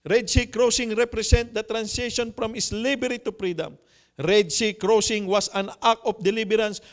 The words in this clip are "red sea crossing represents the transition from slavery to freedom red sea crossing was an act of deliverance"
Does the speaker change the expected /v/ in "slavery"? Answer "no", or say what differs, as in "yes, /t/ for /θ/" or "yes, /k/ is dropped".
yes, /b/ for /v/